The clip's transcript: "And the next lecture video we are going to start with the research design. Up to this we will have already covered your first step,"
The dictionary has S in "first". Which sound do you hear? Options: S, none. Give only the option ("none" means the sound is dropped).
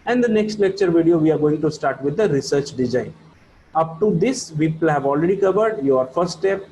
none